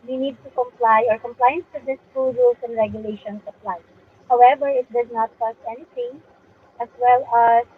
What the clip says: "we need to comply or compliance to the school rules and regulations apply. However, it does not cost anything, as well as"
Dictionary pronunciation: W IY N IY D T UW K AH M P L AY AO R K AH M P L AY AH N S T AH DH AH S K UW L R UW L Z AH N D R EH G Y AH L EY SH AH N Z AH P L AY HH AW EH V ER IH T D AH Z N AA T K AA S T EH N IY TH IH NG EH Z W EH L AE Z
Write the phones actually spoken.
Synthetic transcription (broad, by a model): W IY N IY D T UW K AH M P L AY AO R K AH M P L AY AH N S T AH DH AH S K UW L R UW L S AH N D R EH G Y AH L EY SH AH N S AH P L AY HH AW EH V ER IH T D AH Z N AA T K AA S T EH N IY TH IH NG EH S W EH L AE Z